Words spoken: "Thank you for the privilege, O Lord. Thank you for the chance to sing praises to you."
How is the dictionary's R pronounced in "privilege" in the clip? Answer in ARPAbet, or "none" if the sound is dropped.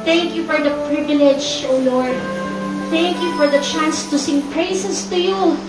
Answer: R